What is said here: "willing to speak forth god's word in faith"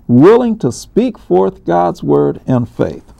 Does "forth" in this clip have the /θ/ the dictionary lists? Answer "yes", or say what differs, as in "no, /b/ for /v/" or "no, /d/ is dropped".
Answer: yes